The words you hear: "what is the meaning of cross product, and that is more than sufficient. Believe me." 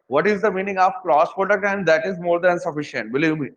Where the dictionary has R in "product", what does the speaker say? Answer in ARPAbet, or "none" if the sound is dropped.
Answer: none